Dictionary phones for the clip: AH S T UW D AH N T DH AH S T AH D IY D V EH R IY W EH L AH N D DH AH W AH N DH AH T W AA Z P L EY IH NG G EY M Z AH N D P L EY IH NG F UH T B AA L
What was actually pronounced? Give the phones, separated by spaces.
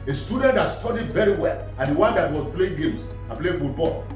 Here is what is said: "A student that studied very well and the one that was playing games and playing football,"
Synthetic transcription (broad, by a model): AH S T UW D AH N T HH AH S T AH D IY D V EH R IY W EH L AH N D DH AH W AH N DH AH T W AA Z P L EY IH NG G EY M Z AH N P L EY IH F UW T B AA L